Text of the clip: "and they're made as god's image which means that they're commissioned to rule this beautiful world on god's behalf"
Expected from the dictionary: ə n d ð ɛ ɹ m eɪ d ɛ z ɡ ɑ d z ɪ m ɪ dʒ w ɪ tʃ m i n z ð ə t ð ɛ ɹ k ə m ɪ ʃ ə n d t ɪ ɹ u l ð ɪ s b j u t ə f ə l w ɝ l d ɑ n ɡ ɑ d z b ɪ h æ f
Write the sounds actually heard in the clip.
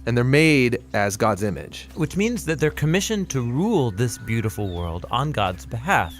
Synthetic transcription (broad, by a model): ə n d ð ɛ ɹ m eɪ d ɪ z ɡ ɑ d z ɪ m ɪ dʒ w ɪ tʃ m i n z ð ə t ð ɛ ɹ k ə m ɪ ʃ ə n t ɪ ɹ u l ð ɪ s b j u t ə f l w ɝ l d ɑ n ɡ ɑ d z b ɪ h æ f